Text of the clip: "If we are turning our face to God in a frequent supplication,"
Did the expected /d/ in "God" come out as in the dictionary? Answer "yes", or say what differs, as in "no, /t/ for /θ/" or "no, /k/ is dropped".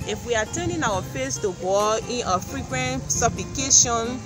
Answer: no, /d/ is dropped